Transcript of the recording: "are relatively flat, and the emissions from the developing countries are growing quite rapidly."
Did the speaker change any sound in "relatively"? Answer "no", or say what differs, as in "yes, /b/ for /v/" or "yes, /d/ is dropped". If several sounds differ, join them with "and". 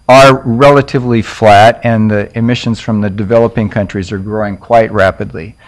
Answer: no